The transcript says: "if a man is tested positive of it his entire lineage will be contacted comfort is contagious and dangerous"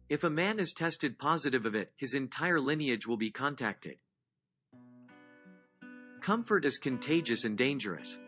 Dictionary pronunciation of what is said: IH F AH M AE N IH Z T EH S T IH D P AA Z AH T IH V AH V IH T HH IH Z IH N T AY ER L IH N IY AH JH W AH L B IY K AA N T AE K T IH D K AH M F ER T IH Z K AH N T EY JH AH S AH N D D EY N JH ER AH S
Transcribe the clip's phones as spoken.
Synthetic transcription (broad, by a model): IH F AH M AE N IH Z T EH S T IH D P AA Z AH T IH V AH V IH T HH IH Z IH N T AY ER L IH N IY AH JH W AH L B IY K AA N T AE K T IH D K AH M F ER T IH Z K AH N T EY JH AH S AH N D D EY N JH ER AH S